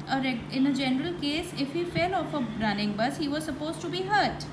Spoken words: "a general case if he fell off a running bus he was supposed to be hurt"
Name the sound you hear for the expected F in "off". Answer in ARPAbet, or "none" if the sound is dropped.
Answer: F